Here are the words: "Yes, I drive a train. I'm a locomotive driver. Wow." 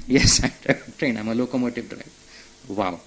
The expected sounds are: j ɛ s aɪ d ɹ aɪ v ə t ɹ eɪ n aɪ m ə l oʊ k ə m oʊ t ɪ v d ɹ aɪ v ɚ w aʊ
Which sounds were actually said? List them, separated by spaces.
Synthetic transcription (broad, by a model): j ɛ s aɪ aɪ ə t ɹ eɪ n aɪ m ə l oʊ k ə m oʊ t ɪ v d ɹ aɪ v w aʊ